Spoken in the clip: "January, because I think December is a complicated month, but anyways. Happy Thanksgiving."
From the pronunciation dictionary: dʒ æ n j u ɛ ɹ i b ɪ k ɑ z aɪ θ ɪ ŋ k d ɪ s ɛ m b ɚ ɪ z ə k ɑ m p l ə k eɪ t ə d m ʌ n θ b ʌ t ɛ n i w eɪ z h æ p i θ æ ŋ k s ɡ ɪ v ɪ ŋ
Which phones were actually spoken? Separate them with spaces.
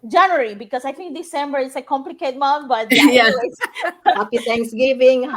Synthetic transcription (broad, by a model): dʒ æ n j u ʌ ɹ i b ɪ k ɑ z aɪ t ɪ ŋ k d ɪ s ɛ m b ɚ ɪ s ə k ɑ m p l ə k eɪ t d m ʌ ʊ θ b ʌ t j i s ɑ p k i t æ ŋ k s ɡ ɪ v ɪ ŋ